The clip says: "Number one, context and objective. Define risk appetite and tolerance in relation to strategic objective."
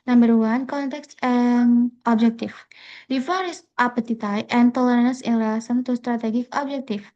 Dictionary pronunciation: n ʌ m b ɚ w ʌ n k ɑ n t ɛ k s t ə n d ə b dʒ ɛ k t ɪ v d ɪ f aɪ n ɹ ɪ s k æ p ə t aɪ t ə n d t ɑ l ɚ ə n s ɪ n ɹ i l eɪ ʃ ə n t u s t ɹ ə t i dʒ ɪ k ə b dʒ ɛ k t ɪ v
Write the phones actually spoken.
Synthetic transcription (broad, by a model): n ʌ m b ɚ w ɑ n k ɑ n t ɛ k s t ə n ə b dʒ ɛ k t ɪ f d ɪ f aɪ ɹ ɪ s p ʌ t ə t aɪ t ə n t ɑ l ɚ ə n ɪ n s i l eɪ s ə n t u s t ɹ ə t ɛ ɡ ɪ k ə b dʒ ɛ k t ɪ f